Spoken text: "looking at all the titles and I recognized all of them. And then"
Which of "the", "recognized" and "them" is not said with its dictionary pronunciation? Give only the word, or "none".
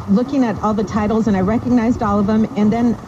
none